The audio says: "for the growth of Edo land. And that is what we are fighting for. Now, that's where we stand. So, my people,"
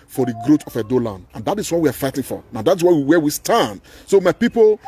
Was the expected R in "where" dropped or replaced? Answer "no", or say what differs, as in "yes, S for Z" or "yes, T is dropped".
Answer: yes, W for R